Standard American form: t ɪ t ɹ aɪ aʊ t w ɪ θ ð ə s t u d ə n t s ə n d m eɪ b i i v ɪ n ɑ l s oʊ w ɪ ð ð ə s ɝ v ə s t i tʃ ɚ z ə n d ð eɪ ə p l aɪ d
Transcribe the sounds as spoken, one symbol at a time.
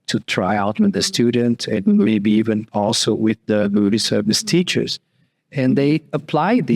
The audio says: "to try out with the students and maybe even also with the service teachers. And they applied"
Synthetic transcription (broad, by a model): t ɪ t ɹ aɪ aʊ t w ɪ ð ə s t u d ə n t ə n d m eɪ b i i v ɪ n ɑ l s oʊ w ɪ ð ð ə s ɝ v ə s t i tʃ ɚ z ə n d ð eɪ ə p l aɪ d